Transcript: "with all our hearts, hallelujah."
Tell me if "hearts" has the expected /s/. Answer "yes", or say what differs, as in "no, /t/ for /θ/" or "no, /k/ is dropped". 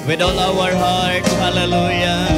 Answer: no, /s/ is dropped